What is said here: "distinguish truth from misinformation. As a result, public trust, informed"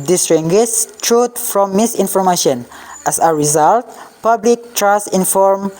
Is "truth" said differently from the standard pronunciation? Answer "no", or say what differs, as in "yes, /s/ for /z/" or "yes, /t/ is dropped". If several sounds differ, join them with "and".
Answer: yes, /t/ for /θ/